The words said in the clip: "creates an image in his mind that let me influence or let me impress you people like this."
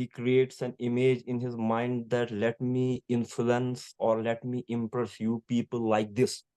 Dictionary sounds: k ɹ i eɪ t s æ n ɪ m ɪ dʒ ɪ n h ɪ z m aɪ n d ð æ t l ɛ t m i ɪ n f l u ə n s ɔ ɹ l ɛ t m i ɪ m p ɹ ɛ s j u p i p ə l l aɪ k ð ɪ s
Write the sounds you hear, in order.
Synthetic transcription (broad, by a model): k ɹ i eɪ t s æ n ɪ m ɪ dʒ ɪ n h ɪ z m aɪ n d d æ t l ɛ t m i ɪ n f l u ə n s ɔ ɹ l ɛ t m i ɪ m p ɹ ɛ s j u p i p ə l l aɪ k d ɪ s